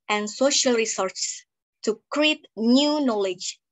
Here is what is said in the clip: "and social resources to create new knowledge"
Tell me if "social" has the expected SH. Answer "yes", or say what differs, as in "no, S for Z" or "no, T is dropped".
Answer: yes